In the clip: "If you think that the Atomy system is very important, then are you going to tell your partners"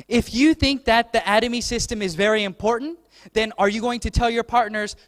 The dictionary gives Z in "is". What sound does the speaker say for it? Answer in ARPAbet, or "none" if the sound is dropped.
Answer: Z